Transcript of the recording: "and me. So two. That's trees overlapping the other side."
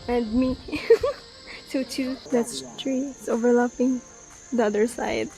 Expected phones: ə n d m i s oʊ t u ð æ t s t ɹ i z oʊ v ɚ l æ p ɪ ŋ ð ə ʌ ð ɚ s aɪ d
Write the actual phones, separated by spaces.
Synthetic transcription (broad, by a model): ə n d m i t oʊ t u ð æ t s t ɹ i s oʊ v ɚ l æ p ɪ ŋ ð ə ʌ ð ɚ s aɪ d